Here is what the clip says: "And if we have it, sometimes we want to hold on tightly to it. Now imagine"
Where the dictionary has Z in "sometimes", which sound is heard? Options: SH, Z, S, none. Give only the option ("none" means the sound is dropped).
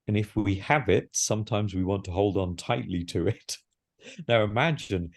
Z